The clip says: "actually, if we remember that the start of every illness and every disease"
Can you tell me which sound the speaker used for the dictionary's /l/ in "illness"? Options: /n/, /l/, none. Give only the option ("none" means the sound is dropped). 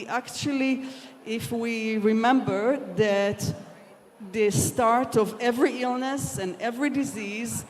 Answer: /l/